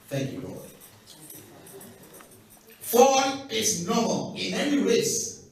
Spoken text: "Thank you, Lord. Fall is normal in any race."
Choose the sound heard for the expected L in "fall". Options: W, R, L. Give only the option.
W